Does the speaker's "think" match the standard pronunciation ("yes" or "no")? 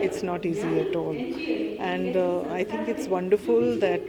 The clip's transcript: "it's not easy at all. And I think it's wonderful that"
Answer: no